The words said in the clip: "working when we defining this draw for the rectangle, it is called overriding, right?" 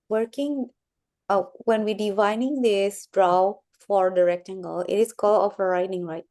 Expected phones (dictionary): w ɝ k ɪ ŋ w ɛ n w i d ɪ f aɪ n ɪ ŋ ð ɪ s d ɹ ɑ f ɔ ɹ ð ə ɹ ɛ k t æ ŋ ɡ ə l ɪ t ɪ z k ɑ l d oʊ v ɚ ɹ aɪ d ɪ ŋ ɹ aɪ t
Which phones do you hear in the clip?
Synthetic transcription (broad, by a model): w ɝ k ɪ ŋ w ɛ n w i d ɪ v aɪ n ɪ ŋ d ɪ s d ɹ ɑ f ɔ ɹ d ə ɹ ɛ k t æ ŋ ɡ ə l ɪ t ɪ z k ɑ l oʊ f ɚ ɹ aɪ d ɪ ŋ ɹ aɪ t